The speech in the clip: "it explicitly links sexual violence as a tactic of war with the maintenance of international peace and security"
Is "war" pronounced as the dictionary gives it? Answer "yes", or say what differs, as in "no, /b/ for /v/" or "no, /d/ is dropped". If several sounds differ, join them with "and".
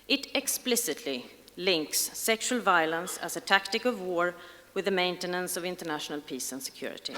yes